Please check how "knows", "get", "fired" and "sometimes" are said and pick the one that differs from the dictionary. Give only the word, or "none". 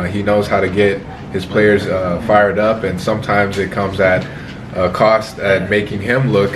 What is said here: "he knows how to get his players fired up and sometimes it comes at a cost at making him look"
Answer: none